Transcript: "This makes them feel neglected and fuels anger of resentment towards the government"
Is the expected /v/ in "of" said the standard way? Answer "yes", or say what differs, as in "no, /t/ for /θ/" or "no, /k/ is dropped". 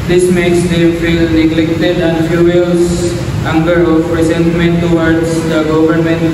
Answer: no, /p/ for /v/